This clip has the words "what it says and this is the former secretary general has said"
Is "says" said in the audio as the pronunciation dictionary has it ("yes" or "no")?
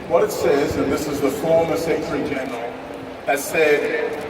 yes